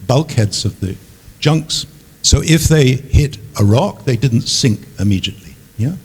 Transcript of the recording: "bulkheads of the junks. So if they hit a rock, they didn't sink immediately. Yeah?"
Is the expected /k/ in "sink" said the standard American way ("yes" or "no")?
yes